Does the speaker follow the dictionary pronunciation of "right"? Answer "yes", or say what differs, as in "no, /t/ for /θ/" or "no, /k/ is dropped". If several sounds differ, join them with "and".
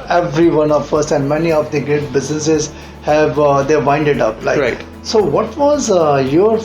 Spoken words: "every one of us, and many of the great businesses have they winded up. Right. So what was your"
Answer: no, /l/ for /ɹ/